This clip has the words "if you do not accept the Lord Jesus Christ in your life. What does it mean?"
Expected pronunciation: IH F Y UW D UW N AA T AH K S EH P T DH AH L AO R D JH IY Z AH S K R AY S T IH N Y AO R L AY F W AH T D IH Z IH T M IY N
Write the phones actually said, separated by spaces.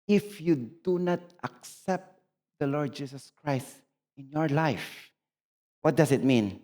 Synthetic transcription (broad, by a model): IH F Y UW D UW N AA T AH K S EH P T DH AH L AO R D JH IY S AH S K R AY S T IH N Y AO R L AY F W AH T D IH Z IH T M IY N